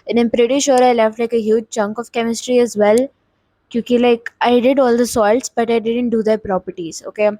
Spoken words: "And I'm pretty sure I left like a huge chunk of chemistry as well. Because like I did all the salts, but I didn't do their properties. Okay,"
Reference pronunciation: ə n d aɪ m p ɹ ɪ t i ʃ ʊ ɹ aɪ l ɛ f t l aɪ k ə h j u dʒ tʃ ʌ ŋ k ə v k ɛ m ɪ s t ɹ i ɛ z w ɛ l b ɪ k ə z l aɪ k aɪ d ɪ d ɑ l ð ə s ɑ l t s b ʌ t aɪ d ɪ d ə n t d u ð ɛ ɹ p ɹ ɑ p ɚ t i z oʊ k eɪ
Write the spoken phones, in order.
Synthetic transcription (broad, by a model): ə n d aɪ m p ɹ ɪ t i ʃ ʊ ɹ aɪ l ɛ f t l aɪ k ə h j u dʒ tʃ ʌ ŋ k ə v k ɛ m ɪ s t ɹ i ɛ z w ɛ l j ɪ k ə l aɪ k aɪ d ɪ d ɑ l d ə s ɑ l t s b ʌ t aɪ d ɪ d ə n t d u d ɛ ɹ p ɹ ɑ p ɚ t i z oʊ k eɪ